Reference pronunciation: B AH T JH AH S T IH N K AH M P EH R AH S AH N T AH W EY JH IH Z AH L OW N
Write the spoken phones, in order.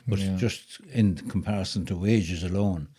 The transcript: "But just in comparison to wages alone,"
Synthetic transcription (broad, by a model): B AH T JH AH S T IH N K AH M P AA R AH S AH N T AH W EY JH IH Z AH L OW N